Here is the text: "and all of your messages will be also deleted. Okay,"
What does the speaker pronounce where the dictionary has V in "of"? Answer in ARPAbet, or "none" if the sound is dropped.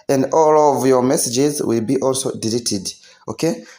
V